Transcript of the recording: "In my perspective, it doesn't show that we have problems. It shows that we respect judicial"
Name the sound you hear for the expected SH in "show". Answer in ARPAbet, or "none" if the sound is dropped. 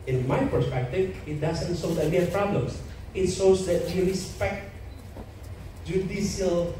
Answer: S